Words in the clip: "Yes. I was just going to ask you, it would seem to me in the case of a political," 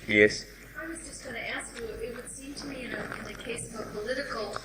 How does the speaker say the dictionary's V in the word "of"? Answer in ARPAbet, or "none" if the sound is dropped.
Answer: V